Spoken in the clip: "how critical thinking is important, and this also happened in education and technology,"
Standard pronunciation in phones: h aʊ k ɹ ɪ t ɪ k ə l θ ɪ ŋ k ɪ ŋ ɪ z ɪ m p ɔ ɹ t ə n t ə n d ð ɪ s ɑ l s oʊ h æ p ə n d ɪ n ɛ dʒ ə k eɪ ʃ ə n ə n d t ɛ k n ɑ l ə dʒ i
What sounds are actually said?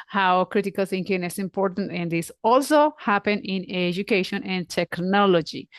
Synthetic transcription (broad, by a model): h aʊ k ɹ ɪ t ɪ k ə l s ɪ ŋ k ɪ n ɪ s ɪ m p ɔ ɹ t ə n t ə n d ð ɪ s ɑ l s oʊ h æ p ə n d ɪ n ɛ dʒ ə k eɪ ʃ ə n ə n d t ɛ k n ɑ l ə dʒ i